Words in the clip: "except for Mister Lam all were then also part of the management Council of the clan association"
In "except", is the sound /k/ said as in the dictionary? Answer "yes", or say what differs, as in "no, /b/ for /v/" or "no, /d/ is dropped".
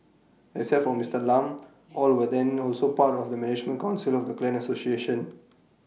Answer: no, /k/ is dropped